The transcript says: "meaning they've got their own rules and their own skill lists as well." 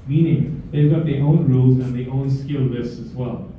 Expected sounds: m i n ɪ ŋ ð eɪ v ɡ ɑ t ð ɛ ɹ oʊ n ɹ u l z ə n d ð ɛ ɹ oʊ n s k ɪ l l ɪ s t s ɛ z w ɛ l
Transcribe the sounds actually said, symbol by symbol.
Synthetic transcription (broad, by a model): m i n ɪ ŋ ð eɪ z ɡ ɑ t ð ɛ oʊ n ɹ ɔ z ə n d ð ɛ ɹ oʊ n s k ɪ l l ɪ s s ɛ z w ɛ l